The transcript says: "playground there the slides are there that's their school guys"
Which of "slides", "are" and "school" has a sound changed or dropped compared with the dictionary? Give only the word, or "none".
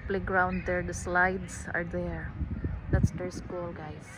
slides